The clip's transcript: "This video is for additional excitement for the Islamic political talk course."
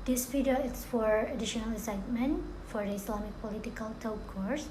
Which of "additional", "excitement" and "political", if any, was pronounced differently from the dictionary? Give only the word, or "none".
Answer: excitement